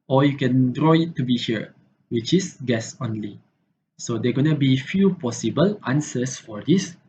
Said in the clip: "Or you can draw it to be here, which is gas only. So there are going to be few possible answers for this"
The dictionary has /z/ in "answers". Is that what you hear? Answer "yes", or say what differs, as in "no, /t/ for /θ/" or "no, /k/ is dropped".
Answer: no, /s/ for /z/